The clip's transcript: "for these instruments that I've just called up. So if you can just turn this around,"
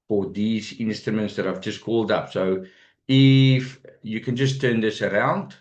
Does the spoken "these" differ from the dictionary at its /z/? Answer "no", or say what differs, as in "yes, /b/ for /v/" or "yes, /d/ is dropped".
no